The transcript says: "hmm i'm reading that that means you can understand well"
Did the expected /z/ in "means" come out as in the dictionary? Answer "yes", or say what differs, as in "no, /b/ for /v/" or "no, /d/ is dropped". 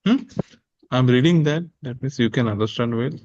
no, /s/ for /z/